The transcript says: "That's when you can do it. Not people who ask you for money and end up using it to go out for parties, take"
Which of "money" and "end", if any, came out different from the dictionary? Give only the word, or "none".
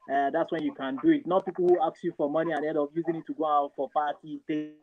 end